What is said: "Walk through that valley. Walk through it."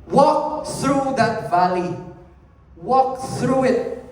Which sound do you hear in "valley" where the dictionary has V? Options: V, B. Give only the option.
V